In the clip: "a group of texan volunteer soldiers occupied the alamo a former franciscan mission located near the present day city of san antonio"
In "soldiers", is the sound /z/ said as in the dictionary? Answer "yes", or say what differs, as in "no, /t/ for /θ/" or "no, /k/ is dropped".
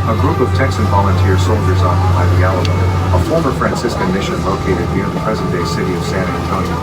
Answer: yes